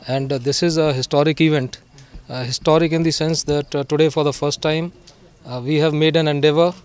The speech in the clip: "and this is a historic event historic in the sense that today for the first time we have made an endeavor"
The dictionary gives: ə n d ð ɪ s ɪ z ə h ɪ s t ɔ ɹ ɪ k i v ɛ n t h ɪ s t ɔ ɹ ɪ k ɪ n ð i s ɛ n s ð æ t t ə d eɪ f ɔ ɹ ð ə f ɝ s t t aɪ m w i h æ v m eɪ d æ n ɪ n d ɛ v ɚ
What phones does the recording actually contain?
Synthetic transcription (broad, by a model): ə n d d ɪ s ɪ z ə h ɪ s t ɔ ɹ ɪ k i v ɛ n t h ɪ s t ɔ ɹ ɪ k ɪ n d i s ɛ n s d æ t t ə d eɪ f ɔ ɹ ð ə f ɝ s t t aɪ m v i h æ v m eɪ d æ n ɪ n d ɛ v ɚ